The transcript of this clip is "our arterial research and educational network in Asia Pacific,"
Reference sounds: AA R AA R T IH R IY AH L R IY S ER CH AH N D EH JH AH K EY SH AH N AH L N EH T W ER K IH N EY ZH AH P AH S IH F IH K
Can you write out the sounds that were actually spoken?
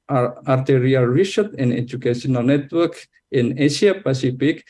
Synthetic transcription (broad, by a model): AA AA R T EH R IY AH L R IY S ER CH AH N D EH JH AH K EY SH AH N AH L N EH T W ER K IH N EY S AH P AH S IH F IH K